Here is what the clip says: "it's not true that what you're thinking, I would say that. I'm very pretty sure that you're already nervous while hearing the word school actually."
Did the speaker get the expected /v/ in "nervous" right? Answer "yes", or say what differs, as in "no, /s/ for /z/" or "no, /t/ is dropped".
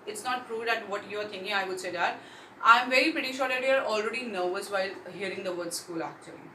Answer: yes